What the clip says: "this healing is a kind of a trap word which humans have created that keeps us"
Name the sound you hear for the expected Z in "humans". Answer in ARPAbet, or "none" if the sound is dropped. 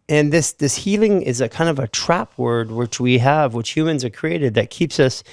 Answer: Z